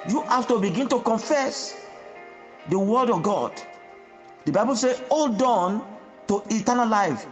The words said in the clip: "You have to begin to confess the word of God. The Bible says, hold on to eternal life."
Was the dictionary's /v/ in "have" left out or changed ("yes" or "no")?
yes